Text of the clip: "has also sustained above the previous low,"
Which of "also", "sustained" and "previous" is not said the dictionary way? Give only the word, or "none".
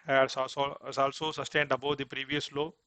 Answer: none